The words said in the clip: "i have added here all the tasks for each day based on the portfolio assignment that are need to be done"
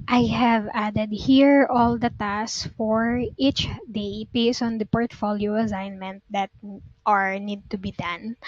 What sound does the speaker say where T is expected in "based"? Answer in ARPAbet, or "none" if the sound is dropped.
none